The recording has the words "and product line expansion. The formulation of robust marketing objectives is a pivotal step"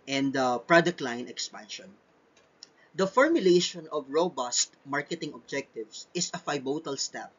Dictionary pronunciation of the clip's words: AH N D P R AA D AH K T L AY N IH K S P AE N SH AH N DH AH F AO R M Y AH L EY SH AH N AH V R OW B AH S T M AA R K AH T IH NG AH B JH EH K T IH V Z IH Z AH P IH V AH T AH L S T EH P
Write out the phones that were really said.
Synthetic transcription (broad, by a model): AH N D P R AA D AH K T L AY N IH K S P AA N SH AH N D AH F AO R M Y AH L EY SH AH N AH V R OW B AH S T M AA R K AH T IH NG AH B JH EH K T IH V S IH S AH F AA B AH T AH L S T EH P